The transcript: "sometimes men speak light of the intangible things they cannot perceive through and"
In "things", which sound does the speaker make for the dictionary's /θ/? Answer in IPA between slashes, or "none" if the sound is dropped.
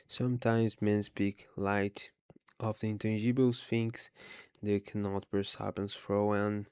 /f/